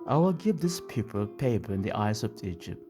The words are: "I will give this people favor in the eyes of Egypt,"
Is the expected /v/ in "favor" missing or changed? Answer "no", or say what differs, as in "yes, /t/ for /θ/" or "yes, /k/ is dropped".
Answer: yes, /p/ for /v/